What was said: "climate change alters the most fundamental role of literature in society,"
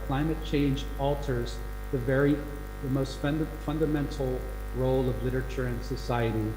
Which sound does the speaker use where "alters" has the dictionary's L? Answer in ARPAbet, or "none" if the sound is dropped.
L